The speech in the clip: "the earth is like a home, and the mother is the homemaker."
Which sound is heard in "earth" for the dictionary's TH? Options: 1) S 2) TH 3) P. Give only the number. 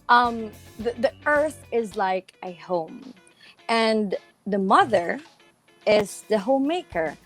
2